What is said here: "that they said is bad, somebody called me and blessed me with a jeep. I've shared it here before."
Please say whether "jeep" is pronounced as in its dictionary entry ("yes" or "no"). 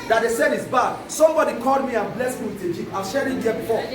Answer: no